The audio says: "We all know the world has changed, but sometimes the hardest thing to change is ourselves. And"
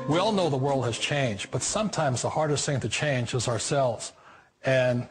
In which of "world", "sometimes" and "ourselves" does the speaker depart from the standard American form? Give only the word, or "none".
none